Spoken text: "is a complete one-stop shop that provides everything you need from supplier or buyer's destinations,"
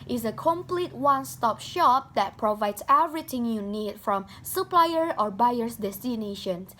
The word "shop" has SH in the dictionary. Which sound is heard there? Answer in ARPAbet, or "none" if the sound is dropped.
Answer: SH